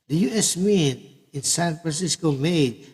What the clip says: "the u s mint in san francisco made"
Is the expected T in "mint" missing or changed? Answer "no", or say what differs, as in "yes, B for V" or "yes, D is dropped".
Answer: yes, T is dropped